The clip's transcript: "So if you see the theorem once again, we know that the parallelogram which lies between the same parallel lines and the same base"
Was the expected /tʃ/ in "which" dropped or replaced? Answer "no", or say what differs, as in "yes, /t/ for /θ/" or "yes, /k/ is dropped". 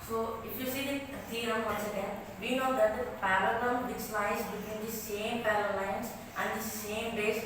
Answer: yes, /s/ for /tʃ/